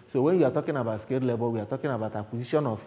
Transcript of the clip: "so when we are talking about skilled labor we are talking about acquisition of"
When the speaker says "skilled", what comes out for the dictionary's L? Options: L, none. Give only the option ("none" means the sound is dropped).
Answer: none